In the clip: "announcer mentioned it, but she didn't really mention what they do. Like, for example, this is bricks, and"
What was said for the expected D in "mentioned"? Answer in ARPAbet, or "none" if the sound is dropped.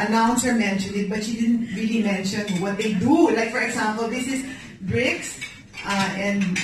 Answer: none